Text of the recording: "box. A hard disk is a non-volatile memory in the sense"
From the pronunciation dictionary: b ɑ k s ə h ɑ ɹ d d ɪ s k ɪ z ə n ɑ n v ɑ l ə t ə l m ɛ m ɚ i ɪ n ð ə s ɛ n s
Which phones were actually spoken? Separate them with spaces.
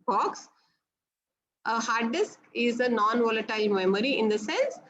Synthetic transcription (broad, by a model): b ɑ k s ə h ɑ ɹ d d ɪ s k ɪ z ə n ɑ n v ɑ l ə t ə l m ɛ m ɚ i ɪ n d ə s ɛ n s